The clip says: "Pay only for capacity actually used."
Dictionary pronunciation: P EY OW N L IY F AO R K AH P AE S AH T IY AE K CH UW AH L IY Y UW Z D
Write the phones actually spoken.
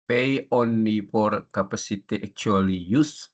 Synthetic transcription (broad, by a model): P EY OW N IY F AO R K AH P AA S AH T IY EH K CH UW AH L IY Y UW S